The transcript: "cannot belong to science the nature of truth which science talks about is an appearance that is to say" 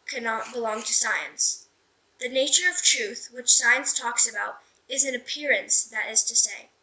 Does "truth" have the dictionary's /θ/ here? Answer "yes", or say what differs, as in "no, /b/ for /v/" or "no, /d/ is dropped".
yes